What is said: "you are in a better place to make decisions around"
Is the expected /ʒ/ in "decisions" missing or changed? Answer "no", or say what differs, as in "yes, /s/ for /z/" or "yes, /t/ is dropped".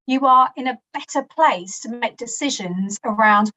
no